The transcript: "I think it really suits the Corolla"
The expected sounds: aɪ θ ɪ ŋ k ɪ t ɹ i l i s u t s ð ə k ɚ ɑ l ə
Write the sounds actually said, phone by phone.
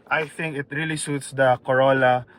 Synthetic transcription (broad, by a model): aɪ θ ɪ ŋ k ɪ t ɹ i l i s u t s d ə k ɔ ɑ l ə